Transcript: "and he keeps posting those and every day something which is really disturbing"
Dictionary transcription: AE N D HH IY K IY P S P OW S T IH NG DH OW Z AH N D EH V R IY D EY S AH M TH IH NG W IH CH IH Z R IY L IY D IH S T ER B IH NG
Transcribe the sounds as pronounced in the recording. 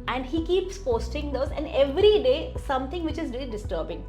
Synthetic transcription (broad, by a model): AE N D HH IY K IY P S P OW S T IH NG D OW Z AH N D EH V R IY D EY S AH M T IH NG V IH CH IH Z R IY IY D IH S T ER B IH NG